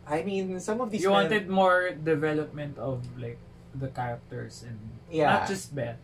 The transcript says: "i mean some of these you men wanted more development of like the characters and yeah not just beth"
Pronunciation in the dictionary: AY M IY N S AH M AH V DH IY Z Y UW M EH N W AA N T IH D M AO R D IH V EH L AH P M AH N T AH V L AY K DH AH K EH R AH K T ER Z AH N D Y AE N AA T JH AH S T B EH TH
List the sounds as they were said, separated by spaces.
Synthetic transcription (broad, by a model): AY M IY N S AH M AH V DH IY Y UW W AA N T IH D M AO R D IH V EH L AH P M AH N T AH V L AY K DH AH K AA R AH K T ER S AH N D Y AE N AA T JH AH S T B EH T